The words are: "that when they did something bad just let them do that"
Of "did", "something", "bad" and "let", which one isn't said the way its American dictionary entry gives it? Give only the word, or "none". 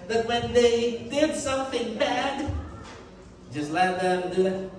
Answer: none